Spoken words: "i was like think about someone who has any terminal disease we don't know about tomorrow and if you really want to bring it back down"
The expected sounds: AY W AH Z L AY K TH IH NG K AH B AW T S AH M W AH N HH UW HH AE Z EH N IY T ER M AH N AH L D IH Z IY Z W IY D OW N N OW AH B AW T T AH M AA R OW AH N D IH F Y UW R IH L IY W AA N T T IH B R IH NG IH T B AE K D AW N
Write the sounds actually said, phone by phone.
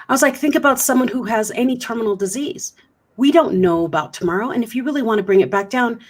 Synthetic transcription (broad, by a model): AY W AH Z L AY K TH IH NG K AH B AW T S AH M W AH N HH UW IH Z EH N IY T ER M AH N L D IH Z IY Z W IY D OW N N OW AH B AW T T AH M AA R OW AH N IH F Y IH R IH L IY W AA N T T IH B R IH NG IH T B AE K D AW N